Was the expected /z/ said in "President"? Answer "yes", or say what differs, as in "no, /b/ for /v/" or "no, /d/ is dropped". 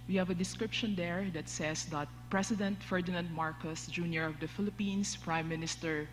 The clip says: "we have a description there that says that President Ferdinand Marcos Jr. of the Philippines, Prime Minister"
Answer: no, /s/ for /z/